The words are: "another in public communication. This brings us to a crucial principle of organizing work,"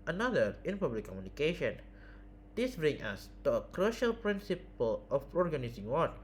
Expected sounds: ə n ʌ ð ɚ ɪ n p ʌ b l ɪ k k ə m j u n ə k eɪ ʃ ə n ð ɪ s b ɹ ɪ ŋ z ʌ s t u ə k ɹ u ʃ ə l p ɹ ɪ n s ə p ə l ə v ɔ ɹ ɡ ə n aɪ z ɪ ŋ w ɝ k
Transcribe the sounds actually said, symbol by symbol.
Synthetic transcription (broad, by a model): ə n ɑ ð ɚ ɪ n p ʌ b l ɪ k k ə m j u n ə k eɪ ʃ ə n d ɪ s b ɹ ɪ ŋ ʌ s t u ə k ɹ u ʃ ə l p ɹ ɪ n s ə p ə l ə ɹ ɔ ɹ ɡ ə n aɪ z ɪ ŋ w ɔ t